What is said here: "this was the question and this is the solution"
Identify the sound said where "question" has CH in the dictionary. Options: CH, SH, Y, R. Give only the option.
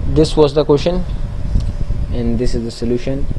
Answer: SH